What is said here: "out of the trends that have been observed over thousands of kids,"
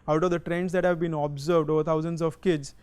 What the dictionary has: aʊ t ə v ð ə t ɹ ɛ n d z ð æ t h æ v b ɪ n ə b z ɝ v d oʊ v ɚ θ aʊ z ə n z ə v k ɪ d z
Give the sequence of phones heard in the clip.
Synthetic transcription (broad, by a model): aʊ t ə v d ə t ɹ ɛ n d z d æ t h æ v b ɪ n ə b z ɝ v d oʊ v ɚ t aʊ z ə n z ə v k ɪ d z